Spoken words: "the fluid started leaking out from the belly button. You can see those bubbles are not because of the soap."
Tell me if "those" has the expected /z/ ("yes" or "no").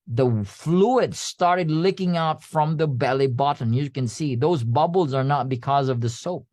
yes